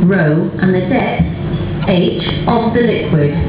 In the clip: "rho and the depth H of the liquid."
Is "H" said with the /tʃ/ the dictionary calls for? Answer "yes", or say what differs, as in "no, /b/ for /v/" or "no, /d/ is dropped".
yes